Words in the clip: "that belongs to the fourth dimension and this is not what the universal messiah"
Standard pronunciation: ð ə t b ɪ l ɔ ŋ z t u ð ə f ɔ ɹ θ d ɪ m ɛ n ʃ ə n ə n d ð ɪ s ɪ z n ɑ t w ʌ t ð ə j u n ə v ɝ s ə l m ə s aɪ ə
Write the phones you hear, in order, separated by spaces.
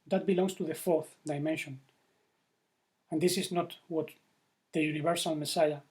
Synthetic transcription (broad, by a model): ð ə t b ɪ l ɔ ŋ s t u ð ə f ɔ ɹ θ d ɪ m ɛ n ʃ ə n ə n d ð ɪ s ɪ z n ɑ t w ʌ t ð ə j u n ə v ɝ s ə l m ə s aɪ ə